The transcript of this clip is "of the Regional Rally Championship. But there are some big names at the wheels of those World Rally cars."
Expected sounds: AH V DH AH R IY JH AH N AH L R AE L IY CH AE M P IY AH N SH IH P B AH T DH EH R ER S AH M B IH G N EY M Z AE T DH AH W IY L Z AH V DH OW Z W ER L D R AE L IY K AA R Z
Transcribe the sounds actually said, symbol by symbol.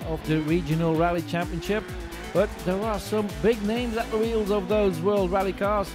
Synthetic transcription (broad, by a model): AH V DH AH R IY JH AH N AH L R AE L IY CH AE M P IY AH N SH IH P B AH T DH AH R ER S AH M B IH G N EY M Z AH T DH AH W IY L Z AH V DH OW Z W ER L D R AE L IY K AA R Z